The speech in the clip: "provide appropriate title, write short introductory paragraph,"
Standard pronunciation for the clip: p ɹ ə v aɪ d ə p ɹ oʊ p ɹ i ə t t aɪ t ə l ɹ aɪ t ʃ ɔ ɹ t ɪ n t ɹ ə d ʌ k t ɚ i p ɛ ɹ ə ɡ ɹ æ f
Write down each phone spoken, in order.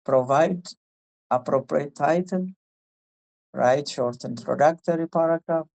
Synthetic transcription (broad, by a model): p ɹ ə v aɪ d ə p ɹ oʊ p ɹ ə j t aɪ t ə n ɹ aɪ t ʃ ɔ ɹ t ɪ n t ɹ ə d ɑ k t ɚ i p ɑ ɹ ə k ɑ